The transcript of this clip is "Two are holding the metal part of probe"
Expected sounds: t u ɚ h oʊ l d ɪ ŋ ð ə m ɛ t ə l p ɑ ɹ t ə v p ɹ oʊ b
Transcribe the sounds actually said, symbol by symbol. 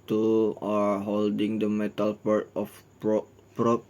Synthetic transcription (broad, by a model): t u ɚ h oʊ l d ɪ ŋ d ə m ɛ t ə l p ɑ ɹ t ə p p ɹ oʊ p